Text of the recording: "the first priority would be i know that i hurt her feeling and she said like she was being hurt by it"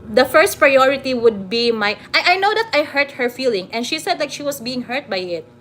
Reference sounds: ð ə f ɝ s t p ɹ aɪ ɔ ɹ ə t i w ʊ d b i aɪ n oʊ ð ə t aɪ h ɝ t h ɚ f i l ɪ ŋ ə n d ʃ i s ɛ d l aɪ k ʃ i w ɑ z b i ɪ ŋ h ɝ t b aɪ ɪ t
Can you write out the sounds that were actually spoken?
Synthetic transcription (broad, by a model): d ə f ɝ s t p ɹ aɪ ɔ ɹ ə t i w ʊ d b i aɪ n oʊ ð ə t aɪ h ɝ t h ɚ f i l ɪ ŋ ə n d ʃ i s ɛ d l aɪ k ʃ i w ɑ s b i ɪ ŋ h ɝ t b aɪ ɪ t